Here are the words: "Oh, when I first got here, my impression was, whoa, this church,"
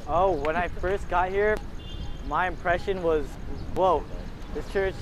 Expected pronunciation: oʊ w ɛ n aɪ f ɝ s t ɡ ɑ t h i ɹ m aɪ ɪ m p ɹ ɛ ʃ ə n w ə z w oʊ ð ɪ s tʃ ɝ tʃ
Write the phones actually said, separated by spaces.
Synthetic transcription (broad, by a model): oʊ w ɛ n aɪ f ɝ s t ɡ ɑ t h i ɹ m aɪ ɪ m p ɹ ɛ ʃ ə n w ə z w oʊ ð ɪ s tʃ ɝ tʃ